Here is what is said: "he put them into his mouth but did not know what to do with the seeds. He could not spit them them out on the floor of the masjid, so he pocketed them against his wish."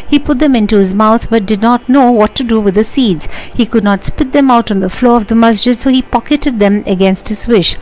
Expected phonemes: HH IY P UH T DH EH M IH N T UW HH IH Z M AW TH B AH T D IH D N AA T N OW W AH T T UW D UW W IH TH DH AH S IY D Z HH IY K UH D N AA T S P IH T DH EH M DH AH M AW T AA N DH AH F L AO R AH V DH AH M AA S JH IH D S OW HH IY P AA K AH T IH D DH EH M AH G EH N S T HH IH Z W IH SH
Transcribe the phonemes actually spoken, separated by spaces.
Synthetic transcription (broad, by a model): HH IY P UH T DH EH M IH N T UW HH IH Z M AW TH B AH T D IH D N AA T N OW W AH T T UW D UW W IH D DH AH S IY D Z HH IY K UH D N AA T S P IH T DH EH M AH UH T N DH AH F L AO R AH V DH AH M AA S JH IH D S OW HH IY P AA K AH T IH D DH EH M AH G EH N S T HH IH Z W IH SH